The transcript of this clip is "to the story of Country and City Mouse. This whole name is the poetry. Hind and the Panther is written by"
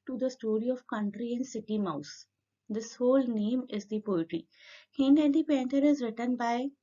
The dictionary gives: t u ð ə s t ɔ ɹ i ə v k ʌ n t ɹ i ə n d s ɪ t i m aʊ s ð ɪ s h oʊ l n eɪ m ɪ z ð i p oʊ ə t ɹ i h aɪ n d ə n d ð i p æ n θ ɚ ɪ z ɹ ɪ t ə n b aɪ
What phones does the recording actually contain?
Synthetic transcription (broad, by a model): t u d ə s t ɔ ɹ i ə v k ʌ n t ɹ i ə n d s ɪ t i m aʊ s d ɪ s h oʊ l n eɪ m ɪ z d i p oʊ ə t ɹ i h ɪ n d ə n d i p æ n t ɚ ɪ z ɹ ɪ t ə n b aɪ